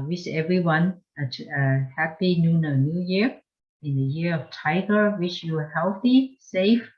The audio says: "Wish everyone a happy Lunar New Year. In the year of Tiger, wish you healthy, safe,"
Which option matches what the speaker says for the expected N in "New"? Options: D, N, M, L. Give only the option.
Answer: N